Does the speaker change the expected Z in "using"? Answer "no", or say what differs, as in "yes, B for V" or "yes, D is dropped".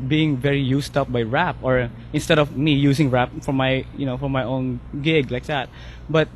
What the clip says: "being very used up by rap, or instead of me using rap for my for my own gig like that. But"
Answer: yes, S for Z